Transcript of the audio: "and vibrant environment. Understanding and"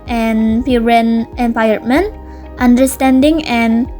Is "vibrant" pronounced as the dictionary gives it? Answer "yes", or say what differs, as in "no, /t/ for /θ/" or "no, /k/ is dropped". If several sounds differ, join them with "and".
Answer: no, /b/ is dropped